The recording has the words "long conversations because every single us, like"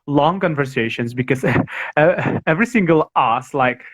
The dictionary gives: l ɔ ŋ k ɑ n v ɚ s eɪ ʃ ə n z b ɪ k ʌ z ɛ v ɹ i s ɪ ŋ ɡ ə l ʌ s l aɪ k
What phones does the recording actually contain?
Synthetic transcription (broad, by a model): l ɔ ŋ k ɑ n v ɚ s eɪ ʃ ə n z b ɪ k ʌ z ɛ v ɹ i s ɪ ŋ ɡ ə l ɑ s l aɪ k